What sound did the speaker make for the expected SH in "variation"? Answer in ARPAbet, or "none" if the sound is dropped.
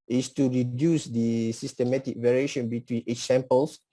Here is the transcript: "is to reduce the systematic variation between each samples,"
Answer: SH